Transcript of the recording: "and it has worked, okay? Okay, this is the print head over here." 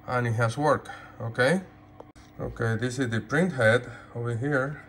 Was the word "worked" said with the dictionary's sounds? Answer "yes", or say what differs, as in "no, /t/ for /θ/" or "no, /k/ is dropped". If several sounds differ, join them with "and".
no, /t/ is dropped